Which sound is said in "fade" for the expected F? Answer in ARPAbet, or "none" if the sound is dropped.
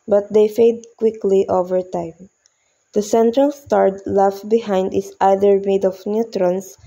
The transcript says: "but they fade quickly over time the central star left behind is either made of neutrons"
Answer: F